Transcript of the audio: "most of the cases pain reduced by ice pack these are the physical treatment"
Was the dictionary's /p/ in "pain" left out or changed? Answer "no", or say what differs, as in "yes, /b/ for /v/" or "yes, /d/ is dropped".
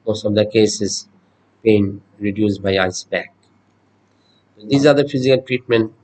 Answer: yes, /b/ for /p/